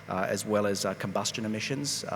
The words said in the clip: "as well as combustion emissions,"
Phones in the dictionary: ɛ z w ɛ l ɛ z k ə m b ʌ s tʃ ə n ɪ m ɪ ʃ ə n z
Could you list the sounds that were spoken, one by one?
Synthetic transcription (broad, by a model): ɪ z w ɛ l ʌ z k ə m b ʌ s tʃ ə n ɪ m ɪ ʃ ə n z